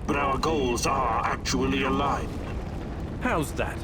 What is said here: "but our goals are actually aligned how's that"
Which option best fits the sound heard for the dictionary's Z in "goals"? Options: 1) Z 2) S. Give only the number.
1